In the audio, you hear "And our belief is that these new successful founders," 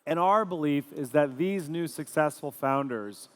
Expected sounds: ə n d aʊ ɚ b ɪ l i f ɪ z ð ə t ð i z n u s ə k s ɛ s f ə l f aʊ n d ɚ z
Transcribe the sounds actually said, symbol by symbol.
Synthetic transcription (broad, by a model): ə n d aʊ ɚ b ɪ l i f ɪ z ð ə t ð i z n u s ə k s ɛ s f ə l f aʊ n d ɚ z